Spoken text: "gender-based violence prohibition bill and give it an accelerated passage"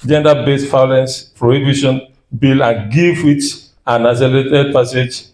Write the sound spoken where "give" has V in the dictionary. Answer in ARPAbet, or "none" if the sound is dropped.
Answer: F